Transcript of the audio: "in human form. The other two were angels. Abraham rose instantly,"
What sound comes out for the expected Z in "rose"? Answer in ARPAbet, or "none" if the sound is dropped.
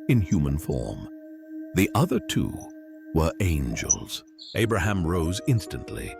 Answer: Z